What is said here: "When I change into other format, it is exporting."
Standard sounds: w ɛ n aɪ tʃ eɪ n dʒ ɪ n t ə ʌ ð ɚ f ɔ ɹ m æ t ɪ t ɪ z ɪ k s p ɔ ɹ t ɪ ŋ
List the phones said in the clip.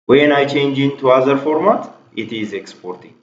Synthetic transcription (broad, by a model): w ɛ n aɪ tʃ eɪ n dʒ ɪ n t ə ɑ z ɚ f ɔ ɹ m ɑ t ɪ t ɪ z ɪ k s p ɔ ɹ t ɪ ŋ